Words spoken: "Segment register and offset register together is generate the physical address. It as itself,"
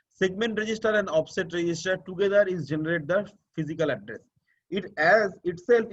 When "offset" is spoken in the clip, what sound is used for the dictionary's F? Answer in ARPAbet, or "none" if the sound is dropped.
P